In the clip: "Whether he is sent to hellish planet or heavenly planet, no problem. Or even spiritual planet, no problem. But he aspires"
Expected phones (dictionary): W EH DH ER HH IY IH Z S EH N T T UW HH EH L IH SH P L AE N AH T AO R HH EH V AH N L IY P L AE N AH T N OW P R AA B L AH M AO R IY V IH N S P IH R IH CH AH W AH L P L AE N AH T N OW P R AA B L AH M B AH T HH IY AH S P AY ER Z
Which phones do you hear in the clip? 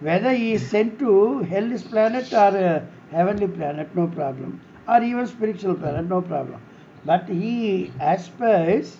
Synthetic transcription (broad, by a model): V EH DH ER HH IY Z S EH N T T UW HH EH L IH S P L AE N AH T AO R HH EH V AH N L IY P L AE N AH T N OW P R AA B L AH M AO R IY V IH N S P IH R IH CH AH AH L P L AE N AH T N OW P R AA B L AH M B AH T HH IY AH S P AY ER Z